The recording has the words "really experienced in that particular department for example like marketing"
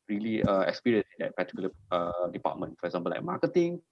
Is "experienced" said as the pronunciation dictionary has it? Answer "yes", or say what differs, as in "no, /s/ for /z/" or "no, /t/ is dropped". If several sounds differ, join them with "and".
no, /t/ is dropped